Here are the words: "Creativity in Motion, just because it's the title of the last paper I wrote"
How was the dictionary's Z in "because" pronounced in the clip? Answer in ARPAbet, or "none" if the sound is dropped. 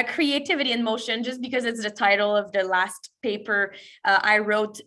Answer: Z